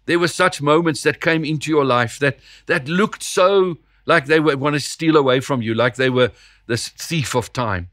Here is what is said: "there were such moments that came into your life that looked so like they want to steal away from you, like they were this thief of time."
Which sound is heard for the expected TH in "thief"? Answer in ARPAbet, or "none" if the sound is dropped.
TH